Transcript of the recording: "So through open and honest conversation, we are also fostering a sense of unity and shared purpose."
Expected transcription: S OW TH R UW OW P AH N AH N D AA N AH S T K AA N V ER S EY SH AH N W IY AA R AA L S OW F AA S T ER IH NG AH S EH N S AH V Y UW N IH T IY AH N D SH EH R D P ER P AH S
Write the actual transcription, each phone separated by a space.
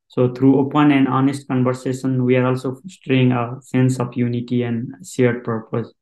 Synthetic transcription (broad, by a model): S OW T R UW OW P AH N AH N D AA N AH S T K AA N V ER S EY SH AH N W IY AA R AA L S OW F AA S T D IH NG AH S EH N S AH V Y UW N IH T IY AH N D S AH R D P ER P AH S